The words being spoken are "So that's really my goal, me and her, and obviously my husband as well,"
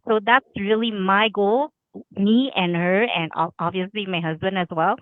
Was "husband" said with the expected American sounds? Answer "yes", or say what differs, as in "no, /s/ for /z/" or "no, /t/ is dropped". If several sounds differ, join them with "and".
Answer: yes